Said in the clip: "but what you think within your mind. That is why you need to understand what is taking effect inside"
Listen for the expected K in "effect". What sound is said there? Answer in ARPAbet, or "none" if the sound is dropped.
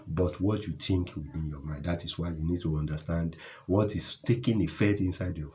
none